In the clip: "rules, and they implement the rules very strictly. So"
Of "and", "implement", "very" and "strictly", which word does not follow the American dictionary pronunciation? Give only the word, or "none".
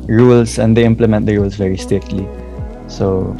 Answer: strictly